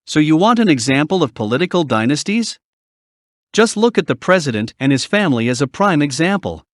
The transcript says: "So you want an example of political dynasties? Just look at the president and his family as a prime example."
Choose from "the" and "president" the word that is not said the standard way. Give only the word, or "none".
none